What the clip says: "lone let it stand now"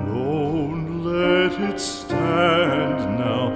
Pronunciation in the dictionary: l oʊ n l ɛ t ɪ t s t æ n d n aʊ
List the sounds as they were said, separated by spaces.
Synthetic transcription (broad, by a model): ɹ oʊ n l ɛ t ɪ t s t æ n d n aʊ